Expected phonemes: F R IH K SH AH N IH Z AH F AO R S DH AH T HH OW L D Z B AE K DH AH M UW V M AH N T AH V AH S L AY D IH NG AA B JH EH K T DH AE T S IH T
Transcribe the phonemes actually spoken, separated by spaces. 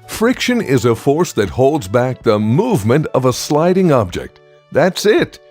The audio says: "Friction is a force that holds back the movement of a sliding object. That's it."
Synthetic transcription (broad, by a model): F R IH K SH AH N IH Z AH F AO R S DH AH T HH OW L D Z B AE K DH AH M UW V M AH N T AH V AH S L AY D IH NG AA B JH EH K T DH AE T S IH T